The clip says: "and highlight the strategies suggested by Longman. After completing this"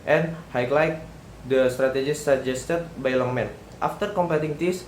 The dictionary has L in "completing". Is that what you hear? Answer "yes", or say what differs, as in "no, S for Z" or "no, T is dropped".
no, L is dropped